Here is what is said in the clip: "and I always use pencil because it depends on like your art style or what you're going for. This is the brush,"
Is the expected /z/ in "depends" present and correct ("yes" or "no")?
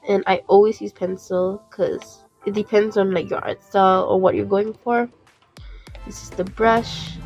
yes